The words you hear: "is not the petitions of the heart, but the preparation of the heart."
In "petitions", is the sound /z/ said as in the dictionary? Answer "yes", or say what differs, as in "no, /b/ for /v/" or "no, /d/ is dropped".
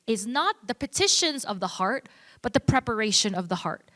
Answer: yes